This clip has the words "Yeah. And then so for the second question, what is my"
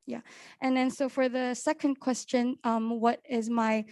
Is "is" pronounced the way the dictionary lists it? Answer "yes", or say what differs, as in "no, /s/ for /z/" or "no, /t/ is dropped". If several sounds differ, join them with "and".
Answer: yes